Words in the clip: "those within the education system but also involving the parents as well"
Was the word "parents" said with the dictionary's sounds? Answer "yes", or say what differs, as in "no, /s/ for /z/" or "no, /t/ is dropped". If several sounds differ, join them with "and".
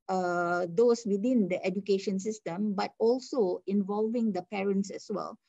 yes